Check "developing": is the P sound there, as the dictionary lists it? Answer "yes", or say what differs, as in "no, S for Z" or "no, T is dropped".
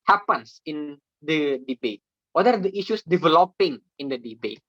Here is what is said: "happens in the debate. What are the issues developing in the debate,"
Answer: yes